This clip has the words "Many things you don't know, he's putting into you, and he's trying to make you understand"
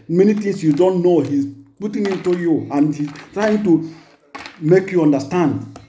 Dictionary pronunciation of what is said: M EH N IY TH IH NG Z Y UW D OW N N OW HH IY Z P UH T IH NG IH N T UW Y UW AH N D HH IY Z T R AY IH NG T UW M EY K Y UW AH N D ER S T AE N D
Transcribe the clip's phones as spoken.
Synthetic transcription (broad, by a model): M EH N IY T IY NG S Y UW D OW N N OW HH IY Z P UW T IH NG IH N T UW Y UW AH N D HH IY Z T R AY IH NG T UW M EY K Y UW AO N D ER S T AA N D